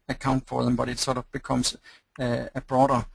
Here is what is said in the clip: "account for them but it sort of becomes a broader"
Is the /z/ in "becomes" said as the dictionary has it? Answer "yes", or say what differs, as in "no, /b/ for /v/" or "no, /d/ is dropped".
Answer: no, /s/ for /z/